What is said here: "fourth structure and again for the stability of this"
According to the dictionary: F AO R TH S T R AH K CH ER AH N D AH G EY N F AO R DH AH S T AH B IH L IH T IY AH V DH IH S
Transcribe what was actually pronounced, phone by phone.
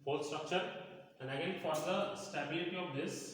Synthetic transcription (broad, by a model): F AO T S T R AH K CH ER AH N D AH G EY N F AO R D AH S T AH B IH L IH T IY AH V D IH S